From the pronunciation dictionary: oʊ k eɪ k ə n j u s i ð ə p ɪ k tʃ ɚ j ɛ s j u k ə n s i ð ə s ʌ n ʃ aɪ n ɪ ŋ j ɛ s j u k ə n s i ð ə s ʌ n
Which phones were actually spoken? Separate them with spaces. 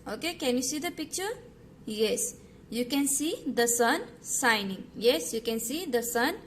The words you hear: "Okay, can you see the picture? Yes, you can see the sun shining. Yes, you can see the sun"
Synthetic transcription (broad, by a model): oʊ k eɪ k ə n j u s i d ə p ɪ k tʃ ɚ j ɛ s j u k ə n s i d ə s ʌ n s aɪ n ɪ ŋ j ɛ s j u k ə n s i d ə s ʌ n